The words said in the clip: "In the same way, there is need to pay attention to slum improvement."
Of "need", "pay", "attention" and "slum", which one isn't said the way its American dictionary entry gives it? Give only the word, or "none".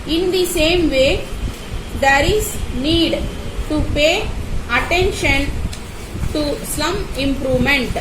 slum